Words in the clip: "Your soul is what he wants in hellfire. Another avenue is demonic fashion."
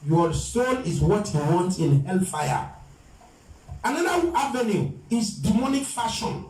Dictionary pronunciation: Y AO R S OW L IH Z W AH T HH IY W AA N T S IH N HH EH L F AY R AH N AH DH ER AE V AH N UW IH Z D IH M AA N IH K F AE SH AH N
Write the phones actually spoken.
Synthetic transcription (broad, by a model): Y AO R S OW N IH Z W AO T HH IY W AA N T IH N HH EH L F AY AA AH N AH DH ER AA V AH N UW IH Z D IH M AA N IH K F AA SH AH N